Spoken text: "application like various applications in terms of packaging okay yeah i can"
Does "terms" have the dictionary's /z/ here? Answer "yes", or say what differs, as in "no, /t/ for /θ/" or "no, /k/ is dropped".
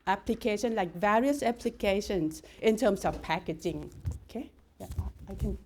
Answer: no, /s/ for /z/